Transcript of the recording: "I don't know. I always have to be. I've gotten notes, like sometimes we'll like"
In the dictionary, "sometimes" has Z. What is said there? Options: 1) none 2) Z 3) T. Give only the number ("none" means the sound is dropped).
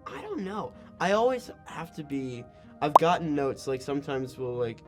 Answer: 2